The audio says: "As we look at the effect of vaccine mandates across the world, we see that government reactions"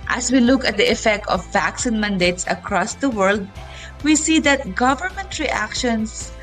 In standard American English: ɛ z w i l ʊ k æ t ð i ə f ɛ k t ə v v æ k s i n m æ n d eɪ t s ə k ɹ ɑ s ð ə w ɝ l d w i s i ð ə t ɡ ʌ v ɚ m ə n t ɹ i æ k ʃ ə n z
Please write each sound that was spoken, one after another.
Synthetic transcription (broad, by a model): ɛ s w i l ʊ k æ t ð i ə f ɛ k t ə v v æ k s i n m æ n d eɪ t s ə k ɹ ɑ s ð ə w ɝ l d w i s i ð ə t ɡ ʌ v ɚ m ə n t ɹ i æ k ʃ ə n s